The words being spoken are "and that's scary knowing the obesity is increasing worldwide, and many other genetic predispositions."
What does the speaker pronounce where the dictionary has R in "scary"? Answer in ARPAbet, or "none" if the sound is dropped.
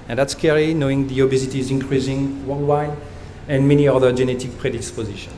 L